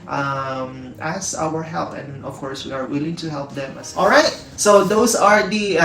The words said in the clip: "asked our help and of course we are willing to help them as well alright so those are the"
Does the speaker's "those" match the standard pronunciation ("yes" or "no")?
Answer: no